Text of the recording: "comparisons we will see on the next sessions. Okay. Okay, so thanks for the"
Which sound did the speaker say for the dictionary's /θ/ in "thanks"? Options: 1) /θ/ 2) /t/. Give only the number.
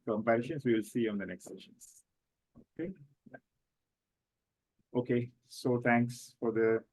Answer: 2